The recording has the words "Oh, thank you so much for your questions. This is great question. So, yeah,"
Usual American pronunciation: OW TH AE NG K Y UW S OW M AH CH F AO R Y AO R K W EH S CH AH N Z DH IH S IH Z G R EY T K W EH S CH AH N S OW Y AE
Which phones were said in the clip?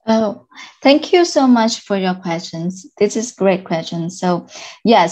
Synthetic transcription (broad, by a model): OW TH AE NG K Y UW S OW M AH CH F AO R Y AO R K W EH S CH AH N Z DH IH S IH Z G R EY T K W EH S CH AH N S OW Y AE